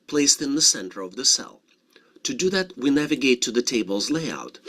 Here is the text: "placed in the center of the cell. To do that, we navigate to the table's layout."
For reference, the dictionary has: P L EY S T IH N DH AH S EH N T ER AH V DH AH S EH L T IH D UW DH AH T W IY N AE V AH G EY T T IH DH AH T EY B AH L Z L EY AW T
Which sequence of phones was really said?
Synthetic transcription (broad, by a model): P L EY S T IH N DH AH S EH N T ER AH V DH AH S EH L T IH D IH DH AH T W IY N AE V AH G EY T T IH DH AH T EY B AH L Z L EY AW T